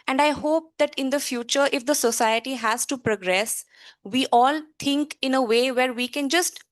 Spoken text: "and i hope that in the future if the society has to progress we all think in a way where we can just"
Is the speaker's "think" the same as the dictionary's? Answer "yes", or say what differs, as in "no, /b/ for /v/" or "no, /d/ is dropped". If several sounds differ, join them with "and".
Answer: no, /t/ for /θ/